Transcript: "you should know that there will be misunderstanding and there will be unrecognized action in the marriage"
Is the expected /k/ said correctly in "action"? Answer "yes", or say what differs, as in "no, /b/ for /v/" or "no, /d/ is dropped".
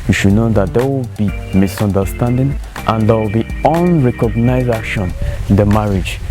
no, /k/ is dropped